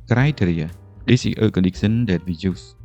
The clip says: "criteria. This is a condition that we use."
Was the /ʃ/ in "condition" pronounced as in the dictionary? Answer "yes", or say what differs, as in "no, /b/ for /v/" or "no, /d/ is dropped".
no, /s/ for /ʃ/